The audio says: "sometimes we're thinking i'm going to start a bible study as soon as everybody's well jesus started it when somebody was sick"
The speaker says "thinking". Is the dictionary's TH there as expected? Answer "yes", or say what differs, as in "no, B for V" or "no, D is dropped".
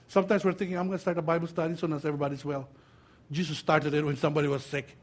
no, T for TH